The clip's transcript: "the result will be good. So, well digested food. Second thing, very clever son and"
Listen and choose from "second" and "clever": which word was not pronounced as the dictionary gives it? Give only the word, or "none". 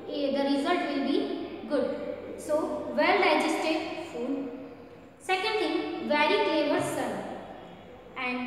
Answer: clever